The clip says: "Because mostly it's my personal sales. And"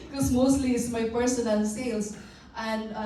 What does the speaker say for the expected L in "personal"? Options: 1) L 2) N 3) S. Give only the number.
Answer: 2